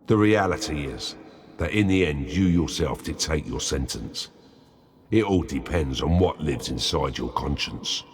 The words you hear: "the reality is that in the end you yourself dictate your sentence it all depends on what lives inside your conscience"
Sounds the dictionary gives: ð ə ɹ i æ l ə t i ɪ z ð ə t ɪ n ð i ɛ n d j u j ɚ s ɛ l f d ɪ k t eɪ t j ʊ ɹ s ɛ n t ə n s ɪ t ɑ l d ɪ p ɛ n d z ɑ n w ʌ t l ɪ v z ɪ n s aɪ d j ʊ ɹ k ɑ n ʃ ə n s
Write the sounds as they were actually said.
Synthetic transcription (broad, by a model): ð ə ɹ i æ l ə t i ɪ z ð ə t ɪ n ð i ɛ n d j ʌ j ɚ s ɛ l f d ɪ t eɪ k j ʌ ɹ s ɛ n t ə n s ɪ t ɑ l d ɪ p ɛ n d z n w ʌ t l ɪ v z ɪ n s aɪ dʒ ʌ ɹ k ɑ n ʃ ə n s